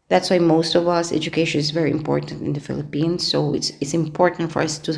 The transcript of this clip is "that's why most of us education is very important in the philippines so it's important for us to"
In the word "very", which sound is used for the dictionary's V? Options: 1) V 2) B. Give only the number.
1